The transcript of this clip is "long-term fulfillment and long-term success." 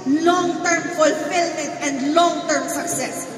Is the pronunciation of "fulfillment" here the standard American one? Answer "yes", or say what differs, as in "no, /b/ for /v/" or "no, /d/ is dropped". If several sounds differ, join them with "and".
no, /n/ is dropped